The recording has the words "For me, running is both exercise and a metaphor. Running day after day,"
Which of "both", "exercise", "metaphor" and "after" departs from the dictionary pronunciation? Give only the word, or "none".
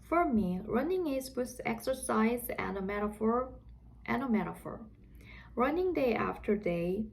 both